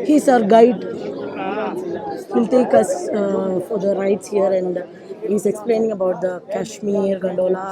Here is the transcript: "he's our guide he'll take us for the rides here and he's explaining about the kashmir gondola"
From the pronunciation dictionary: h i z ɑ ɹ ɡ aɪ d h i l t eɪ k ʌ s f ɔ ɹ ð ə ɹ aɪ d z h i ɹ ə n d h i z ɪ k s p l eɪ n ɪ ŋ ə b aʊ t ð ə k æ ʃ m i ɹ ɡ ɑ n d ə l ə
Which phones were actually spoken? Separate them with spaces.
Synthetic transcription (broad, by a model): h i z ɑ ɹ ɡ aɪ d h i l t eɪ k ʌ s f ɔ ɹ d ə ɹ aɪ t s h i ɹ ə n d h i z ɪ k s p l eɪ n ɪ ŋ ə b aʊ t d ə k æ ʃ m i ɹ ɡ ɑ n d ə l